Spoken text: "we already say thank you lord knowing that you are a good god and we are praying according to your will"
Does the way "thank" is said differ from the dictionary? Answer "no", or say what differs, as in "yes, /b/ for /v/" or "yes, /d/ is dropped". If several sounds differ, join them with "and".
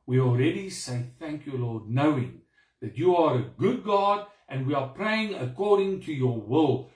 no